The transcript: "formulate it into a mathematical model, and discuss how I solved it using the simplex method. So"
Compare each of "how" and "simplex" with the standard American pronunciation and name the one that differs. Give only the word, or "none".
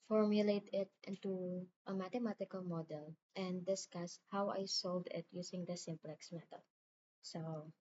none